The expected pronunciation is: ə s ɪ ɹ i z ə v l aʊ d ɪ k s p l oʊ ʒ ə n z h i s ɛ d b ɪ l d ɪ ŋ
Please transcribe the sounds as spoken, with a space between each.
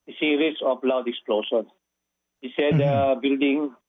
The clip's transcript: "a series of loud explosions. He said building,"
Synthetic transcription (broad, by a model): s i ɹ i s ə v l aʊ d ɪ k s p l oʊ ʃ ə n h i s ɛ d b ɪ l d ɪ ŋ